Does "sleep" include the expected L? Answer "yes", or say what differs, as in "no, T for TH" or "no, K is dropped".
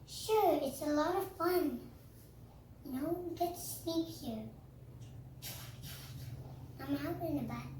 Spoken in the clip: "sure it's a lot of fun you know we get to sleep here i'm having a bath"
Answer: no, N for L